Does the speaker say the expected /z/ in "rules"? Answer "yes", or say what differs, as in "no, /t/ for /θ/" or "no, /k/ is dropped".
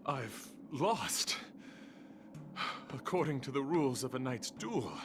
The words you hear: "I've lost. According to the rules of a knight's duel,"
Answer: yes